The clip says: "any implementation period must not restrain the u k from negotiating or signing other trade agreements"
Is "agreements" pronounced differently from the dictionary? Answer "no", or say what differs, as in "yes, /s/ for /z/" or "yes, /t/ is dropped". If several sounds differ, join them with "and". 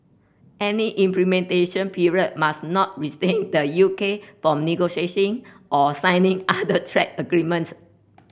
no